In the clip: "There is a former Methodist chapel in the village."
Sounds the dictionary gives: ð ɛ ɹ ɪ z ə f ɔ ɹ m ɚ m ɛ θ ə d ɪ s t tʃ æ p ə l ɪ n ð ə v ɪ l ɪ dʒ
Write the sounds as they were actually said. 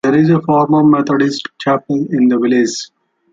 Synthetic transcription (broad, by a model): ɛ ɹ ɪ z ə f ɔ ɹ m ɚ m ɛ t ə d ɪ s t tʃ æ p ə l ɪ n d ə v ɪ l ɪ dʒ